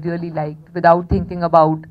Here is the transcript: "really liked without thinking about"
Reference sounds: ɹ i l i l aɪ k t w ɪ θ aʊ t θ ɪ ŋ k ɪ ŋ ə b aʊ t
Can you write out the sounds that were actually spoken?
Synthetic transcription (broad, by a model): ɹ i l i l aɪ k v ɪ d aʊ t t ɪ ŋ k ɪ ŋ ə b aʊ t